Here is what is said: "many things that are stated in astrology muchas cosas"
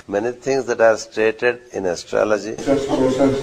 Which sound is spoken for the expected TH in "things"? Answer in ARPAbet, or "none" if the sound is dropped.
T